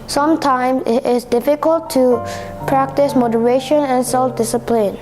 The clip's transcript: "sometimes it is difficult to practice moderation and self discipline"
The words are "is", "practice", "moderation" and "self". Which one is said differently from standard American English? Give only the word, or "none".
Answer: is